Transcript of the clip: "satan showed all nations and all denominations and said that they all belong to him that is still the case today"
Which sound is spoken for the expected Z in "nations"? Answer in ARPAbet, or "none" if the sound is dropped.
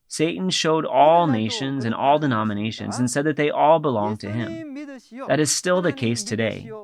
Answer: Z